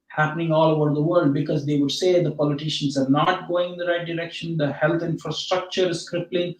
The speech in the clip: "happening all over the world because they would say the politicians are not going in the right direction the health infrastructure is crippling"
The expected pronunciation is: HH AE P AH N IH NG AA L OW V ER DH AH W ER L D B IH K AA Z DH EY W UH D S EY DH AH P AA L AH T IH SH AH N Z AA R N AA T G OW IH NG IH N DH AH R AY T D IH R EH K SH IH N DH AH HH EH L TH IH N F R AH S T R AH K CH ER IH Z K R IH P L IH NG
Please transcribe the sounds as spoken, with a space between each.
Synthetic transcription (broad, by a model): HH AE P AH N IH NG AA L OW V ER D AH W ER L D B IH K AA Z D EY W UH D S EY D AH P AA L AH T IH SH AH N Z AA R N AA T G OW IH NG IH N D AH R AY T D IH R EH K SH IH N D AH HH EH L T IH N F R AH S T R AH K CH ER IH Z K R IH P L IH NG